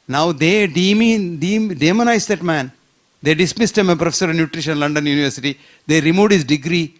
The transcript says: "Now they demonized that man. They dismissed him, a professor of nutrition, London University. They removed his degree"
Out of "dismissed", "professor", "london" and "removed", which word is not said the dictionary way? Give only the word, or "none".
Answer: removed